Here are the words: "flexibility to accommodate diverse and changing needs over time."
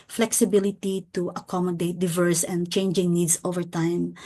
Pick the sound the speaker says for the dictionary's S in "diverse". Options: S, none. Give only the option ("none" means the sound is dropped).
S